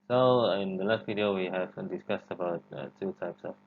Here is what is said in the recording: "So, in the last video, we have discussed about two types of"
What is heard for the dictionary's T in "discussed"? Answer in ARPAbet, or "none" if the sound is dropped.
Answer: T